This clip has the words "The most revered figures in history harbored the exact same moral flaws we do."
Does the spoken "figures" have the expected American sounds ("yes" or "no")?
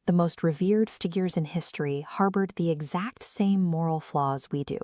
yes